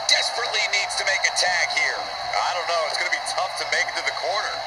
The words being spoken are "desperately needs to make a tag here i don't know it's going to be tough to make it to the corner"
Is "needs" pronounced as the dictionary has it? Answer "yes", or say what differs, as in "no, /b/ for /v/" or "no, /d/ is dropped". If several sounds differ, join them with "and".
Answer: yes